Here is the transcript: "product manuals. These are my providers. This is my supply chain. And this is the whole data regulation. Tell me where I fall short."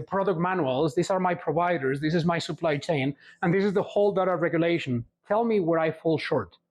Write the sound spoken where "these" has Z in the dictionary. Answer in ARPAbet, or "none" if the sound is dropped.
S